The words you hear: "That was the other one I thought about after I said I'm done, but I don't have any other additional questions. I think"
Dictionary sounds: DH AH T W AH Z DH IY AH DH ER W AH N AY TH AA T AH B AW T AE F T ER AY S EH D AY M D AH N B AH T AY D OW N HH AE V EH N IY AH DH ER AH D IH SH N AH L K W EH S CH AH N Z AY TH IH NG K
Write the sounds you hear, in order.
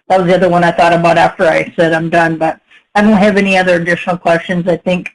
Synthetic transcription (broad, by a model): DH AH T W AH Z DH IY AH DH ER W AH N AY TH AA T AH B AW T AE F T ER AY S EH D AY M D AH N B AH T AY D OW N HH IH V EH N IY AH DH ER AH D IH SH N L K W EH S CH AH N Z AY TH IH NG K